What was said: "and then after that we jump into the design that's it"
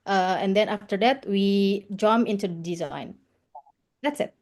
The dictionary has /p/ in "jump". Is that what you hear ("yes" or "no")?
no